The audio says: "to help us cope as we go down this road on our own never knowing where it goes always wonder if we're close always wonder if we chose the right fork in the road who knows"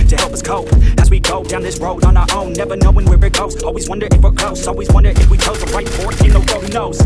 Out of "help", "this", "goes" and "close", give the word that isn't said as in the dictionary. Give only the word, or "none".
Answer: close